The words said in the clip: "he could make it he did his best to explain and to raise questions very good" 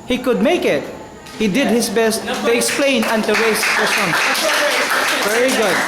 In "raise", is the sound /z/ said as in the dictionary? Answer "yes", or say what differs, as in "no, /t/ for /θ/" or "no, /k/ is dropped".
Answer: no, /s/ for /z/